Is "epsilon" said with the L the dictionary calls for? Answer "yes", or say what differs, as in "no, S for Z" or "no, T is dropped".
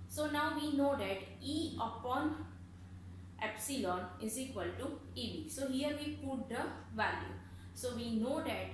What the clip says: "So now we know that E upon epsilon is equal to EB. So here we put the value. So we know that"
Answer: yes